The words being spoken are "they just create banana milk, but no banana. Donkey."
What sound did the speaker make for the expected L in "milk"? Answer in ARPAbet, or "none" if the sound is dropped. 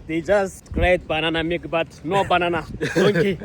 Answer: none